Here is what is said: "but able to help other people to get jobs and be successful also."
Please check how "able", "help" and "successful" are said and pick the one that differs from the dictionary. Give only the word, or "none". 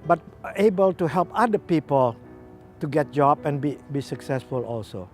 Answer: none